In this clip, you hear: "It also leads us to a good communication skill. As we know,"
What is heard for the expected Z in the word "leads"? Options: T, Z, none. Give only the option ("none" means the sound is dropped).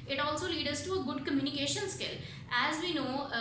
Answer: none